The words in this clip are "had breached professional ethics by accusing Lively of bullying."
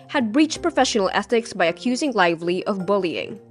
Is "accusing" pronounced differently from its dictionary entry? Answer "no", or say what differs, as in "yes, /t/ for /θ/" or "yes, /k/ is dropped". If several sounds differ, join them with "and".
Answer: no